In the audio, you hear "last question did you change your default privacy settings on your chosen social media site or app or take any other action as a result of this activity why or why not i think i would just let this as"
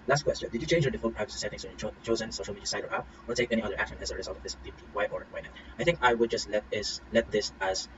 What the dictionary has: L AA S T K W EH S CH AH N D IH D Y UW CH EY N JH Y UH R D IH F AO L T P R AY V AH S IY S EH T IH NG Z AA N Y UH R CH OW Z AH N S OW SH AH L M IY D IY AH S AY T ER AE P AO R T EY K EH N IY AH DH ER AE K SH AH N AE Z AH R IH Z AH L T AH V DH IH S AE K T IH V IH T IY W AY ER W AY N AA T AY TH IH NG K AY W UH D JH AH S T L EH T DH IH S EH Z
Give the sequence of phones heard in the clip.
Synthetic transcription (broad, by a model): L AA S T K W EH S CH AH N D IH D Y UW CH EY N JH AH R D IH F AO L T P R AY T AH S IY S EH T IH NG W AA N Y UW CH OW Z AH N S OW SH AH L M IY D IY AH S AY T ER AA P AO R T EY K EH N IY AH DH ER AE K SH AH N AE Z AH R IH Z AH L T AH V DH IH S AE T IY W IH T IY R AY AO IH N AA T AY TH IH NG K AY W UH D JH AH S T L EH T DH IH S EH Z